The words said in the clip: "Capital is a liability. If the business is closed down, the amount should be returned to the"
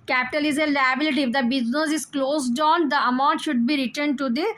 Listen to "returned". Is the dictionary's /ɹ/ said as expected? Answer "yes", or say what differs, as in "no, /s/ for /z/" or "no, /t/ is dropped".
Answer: yes